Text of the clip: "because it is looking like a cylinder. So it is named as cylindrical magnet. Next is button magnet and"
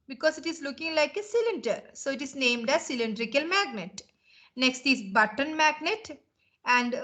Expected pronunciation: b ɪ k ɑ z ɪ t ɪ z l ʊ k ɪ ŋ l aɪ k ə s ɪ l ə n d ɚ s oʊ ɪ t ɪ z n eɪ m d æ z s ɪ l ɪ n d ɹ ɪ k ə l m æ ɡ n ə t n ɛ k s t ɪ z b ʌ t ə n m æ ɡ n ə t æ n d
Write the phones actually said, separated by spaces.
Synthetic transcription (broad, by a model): b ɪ k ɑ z ɪ t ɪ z l ʊ k ɪ ŋ l aɪ k ə s ɪ l ə n d ɚ s oʊ ɪ t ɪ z n eɪ m d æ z s ɪ l ɪ n d ɹ ɪ k ə l m æ ɡ n ə t n ɛ k s t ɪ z b ʌ t ə n m æ ɡ n ə t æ n d